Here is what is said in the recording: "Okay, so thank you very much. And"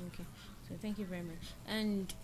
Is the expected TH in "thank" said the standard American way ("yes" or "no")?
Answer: yes